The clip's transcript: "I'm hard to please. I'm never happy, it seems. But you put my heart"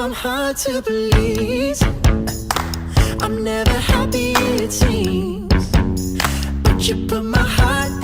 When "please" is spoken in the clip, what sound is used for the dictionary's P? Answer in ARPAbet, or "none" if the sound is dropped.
B